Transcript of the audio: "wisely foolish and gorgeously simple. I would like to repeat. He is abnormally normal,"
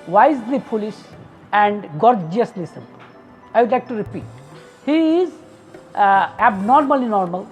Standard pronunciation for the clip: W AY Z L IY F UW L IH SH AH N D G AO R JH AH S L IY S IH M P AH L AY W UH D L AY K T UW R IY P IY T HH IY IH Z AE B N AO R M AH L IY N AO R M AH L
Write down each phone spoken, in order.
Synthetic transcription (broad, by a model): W AY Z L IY P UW L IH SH AH N D G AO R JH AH S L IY S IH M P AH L AY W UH D L AY K T UW R IY P IY T HH IY IH Z AE B N AO R M AH L IY N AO R M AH L